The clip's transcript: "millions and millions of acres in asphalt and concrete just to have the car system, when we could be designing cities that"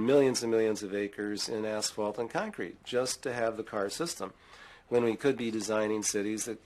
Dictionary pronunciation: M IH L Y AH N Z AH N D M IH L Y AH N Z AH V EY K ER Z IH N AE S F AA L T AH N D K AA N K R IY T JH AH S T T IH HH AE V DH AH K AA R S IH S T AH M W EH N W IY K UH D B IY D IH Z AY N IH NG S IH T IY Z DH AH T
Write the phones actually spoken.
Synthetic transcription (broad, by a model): M IH L Y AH N Z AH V M IH L Y AH N Z AH V EY K ER Z IH N AE S F AA L T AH N K AA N K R IY T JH AH S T T IH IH V DH AH K AA R S IH S T AH M W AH N W IY K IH D B IY D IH Z AY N IH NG S IH T IY Z DH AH T